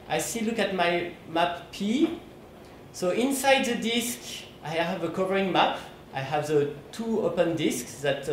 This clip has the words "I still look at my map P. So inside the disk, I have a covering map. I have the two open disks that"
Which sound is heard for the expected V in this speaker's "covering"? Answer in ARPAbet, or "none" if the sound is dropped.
V